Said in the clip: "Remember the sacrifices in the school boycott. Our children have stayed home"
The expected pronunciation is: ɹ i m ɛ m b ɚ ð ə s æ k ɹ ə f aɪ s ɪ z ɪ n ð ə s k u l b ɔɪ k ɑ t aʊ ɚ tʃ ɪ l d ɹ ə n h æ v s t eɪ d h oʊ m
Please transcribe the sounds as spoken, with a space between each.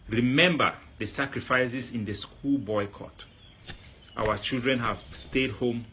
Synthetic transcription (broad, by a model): ɹ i m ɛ m b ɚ ð ə s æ k ɹ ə f aɪ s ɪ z ɪ n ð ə s k u l b ɔɪ k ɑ t aʊ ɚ tʃ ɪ l d ɹ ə n h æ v s t eɪ d h oʊ m